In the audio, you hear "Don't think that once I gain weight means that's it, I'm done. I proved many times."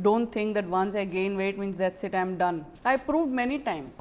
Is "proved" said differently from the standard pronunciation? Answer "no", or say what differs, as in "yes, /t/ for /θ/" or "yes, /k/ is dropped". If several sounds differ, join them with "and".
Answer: no